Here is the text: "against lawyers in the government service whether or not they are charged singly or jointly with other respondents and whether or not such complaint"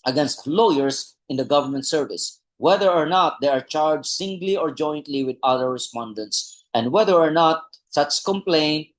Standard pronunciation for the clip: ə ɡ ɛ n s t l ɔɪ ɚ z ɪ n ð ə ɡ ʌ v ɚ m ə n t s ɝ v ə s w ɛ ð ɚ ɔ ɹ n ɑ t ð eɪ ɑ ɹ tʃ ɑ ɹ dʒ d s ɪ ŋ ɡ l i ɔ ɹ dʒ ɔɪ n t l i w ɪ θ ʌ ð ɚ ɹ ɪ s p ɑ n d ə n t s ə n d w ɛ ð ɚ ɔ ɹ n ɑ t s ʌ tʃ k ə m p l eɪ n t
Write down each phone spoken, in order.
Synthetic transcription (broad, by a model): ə ɡ ɛ n s t l ɔɪ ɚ s ɪ n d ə ɡ ʌ v ɚ m ə n t s ɝ v ə s w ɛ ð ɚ ɔ ɹ n ɑ t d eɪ ɑ ɹ tʃ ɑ ɹ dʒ s ɪ ŋ ɡ l i ɔ ɹ dʒ ɔɪ n t l i w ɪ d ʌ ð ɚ ɹ ɪ s p ɑ n d ə n t s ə n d w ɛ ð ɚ ɔ ɹ n ɑ t s ʌ tʃ k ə m p l eɪ n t